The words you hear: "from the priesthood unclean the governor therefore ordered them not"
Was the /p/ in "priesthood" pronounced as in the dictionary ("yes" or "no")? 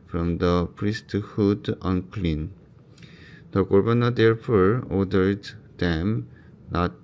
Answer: yes